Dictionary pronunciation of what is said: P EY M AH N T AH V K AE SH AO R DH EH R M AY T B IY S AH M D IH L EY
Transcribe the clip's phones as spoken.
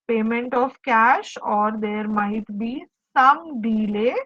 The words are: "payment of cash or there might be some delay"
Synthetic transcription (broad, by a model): P EY M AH N T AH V K AE SH AO R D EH R M AY T B IY S AH M D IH L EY